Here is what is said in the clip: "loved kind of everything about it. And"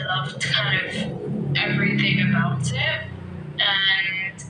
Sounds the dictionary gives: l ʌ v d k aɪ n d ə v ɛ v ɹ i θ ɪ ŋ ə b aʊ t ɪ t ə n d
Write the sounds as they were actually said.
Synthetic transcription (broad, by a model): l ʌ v k aɪ n d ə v ɛ v ɹ i θ ɪ ŋ ə b aʊ t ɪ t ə n